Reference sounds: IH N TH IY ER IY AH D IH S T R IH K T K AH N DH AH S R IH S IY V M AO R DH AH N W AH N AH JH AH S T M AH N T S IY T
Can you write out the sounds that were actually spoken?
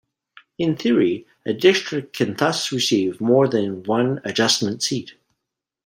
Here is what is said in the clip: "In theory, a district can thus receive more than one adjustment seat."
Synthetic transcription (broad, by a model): IH N TH IY ER IY AH D IH S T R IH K K AH N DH AH S R IH S IY V M AO R DH AH N W AH N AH JH AH S M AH N T S IY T